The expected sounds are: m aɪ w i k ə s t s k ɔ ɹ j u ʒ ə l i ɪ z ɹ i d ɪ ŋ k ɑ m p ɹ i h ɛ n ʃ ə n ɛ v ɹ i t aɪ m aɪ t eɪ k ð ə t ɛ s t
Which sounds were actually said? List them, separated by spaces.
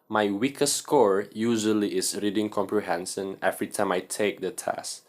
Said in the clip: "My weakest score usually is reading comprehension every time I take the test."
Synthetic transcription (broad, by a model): m aɪ w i k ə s s k ɔ ɹ j u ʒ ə l i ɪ s ɹ i d ɪ ŋ k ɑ m p ɹ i h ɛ n s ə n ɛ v ɹ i t aɪ m aɪ t eɪ k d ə t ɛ s